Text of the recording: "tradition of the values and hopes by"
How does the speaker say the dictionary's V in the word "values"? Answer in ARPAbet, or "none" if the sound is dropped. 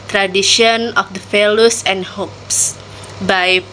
F